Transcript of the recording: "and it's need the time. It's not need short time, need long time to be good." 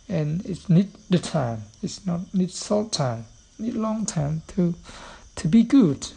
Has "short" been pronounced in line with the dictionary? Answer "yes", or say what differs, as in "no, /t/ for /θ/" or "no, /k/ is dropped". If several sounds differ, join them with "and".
no, /s/ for /ʃ/